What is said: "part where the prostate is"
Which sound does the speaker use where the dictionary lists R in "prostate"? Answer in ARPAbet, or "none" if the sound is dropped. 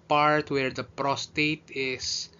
R